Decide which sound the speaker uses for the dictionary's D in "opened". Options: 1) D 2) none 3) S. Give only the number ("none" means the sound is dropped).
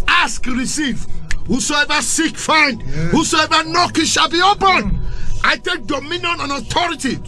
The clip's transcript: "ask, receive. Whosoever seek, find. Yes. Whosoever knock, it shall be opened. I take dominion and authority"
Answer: 2